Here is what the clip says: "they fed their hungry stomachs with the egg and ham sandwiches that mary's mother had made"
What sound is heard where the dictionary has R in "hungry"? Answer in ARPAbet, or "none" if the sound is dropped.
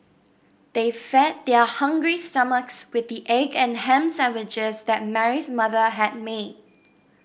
R